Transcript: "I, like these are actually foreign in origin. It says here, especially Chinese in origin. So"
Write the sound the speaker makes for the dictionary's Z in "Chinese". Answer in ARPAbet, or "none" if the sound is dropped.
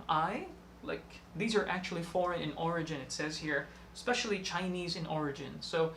Z